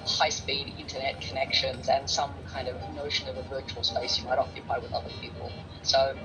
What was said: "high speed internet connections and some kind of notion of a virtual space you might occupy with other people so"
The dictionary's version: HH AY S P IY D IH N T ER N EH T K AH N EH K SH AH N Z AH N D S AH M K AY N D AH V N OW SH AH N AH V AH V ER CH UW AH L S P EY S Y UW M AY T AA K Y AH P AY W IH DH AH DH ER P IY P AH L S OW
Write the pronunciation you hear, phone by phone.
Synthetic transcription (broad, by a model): HH AY S P IY D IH N T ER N EH T K AH N EH K SH AH N Z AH N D S AH M K AY N D AH V N OW SH AH N AH V AH V ER CH UW AH L S P EY S Y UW M AY T AA K Y AH P AY W IH DH AH DH ER P IY P AH L S OW